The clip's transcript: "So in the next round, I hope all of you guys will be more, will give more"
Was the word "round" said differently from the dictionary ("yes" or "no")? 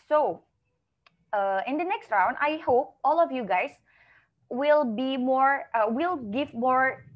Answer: no